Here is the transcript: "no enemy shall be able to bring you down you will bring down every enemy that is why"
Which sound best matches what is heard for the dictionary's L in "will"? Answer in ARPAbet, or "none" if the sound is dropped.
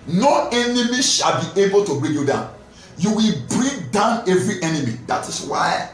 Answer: L